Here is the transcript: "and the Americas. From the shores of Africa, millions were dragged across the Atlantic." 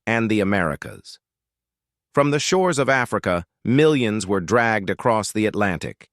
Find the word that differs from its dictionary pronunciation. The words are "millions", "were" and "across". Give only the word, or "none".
none